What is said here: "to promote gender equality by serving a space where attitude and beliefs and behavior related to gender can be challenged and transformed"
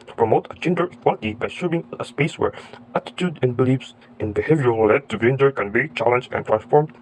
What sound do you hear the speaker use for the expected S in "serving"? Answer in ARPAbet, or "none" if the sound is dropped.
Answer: SH